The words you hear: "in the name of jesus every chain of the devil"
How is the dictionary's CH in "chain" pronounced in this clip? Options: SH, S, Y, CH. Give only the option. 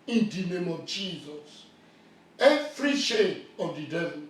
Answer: SH